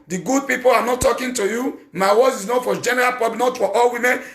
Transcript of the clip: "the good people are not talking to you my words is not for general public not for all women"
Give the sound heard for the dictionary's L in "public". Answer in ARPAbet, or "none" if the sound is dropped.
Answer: N